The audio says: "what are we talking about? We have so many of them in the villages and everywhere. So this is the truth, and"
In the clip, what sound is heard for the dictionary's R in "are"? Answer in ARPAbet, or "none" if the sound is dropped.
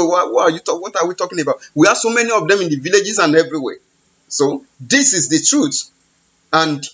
W